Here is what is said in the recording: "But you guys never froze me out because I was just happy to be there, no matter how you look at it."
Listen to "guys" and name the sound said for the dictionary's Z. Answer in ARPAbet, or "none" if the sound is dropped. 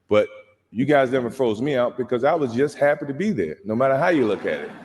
Z